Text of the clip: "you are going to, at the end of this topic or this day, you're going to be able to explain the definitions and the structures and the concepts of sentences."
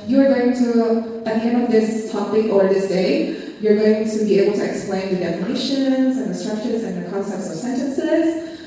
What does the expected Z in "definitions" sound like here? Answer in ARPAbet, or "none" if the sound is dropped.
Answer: Z